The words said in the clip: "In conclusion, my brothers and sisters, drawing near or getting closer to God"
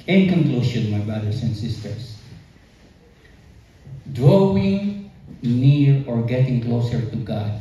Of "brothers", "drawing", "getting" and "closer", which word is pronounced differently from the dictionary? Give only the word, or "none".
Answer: brothers